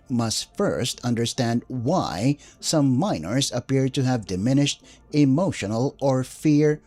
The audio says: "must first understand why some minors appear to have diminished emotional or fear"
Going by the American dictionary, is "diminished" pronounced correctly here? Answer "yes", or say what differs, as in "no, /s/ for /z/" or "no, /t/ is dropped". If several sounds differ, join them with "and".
yes